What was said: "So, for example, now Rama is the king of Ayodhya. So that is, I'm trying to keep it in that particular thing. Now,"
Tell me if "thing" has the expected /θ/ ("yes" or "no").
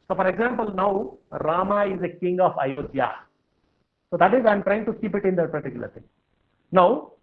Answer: no